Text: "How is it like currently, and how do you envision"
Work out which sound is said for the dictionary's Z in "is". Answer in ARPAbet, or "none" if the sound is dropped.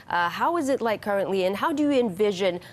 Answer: Z